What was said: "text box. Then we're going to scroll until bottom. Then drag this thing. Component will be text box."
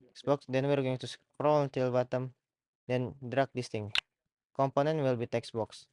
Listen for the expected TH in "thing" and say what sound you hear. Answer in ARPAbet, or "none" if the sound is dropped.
T